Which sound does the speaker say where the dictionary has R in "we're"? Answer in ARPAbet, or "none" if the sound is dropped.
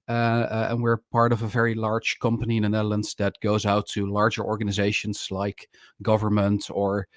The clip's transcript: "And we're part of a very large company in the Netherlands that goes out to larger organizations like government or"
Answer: R